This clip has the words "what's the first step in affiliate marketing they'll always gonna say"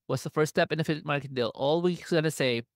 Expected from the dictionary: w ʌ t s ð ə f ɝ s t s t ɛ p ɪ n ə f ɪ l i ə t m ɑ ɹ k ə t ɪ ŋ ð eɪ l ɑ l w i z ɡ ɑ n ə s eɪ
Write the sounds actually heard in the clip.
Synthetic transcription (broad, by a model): w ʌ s ð ə f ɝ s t s t ɛ p ɪ n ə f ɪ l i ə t m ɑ ɹ k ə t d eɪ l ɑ l w i s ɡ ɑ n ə s eɪ